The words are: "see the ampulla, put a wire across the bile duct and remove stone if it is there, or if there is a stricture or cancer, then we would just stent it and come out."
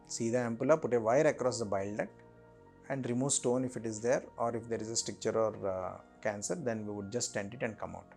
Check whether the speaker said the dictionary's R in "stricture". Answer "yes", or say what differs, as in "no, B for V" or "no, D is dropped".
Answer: no, R is dropped